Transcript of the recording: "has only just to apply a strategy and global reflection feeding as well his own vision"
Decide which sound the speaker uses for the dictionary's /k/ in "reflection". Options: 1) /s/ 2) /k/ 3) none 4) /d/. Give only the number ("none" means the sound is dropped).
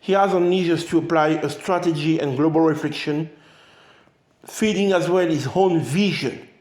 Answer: 2